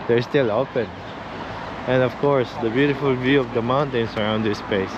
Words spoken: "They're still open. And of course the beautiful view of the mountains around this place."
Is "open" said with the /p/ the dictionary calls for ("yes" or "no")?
yes